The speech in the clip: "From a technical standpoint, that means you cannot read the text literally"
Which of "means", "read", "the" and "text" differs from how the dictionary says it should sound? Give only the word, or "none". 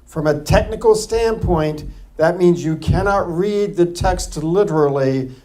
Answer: none